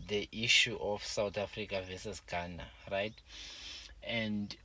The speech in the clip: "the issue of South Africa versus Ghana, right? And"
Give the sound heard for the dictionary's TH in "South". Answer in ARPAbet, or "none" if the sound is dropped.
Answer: T